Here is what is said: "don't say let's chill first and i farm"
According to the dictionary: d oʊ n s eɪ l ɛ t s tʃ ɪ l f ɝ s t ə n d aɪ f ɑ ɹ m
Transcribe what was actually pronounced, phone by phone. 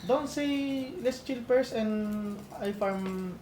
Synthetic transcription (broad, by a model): d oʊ n s eɪ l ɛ s tʃ ɪ l p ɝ s ə n d aɪ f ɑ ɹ m